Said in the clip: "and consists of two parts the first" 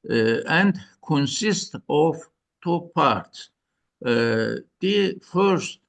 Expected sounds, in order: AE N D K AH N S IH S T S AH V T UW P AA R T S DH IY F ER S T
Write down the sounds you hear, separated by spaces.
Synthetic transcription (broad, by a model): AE N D K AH N S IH S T AH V T UW P AA R T S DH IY F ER S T